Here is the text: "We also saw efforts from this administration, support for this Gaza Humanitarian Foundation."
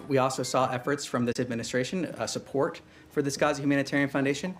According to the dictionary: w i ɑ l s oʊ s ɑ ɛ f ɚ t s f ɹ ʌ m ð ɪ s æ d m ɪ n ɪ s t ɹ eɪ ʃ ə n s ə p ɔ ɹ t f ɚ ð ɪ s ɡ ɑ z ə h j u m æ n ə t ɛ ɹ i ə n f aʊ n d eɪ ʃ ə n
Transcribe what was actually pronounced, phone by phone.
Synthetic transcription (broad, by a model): w i ɑ l s oʊ s ɑ ɛ f ɚ t s f ɹ ʌ m ð ɪ s æ d m ɪ n ɪ s t ɹ eɪ ʃ ə n s ə p ɔ ɹ t f ɚ ð ɪ s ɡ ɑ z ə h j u m æ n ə t ɛ ɹ i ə n f aʊ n d eɪ ʃ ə n